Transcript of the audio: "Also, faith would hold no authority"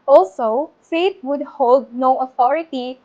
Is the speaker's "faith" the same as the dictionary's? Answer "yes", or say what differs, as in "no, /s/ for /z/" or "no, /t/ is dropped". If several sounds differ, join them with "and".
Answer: no, /t/ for /θ/